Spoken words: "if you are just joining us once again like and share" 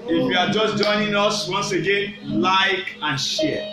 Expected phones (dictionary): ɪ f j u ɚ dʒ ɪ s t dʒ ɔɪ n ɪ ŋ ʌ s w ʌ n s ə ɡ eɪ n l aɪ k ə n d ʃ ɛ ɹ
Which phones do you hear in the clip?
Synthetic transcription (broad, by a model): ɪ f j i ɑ dʒ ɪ s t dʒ ɔɪ n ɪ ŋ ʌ s w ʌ n s ə ɡ eɪ n l aɪ k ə n ʃ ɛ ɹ